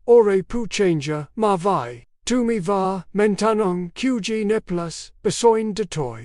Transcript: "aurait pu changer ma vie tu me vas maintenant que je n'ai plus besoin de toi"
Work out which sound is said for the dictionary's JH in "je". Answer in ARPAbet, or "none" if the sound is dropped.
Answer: JH